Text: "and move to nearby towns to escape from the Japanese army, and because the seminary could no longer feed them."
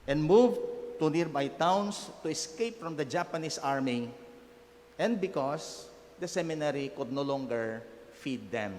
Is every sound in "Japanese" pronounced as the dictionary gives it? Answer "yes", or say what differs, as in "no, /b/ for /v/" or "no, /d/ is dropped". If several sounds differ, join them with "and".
no, /s/ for /z/